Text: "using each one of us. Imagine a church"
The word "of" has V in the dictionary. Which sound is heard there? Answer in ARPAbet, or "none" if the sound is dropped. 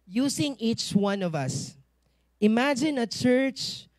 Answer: V